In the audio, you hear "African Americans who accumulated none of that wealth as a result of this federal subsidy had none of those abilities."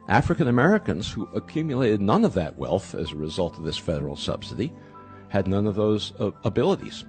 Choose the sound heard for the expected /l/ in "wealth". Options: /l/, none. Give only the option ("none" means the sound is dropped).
/l/